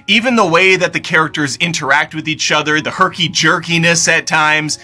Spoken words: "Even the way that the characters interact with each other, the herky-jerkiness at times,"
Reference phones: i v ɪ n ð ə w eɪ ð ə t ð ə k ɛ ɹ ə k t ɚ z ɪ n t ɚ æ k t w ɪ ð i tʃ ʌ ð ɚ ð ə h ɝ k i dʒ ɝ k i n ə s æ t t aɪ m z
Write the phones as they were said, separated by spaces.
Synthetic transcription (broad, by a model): i v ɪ n ð ə w eɪ ð ə t ð ə k ɛ ɹ ə k t ɚ z ɪ n t ɚ æ k t w ɪ ð i tʃ ʌ ð ɚ ð ə h ɝ k i dʒ ɝ k i n ə s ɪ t t aɪ m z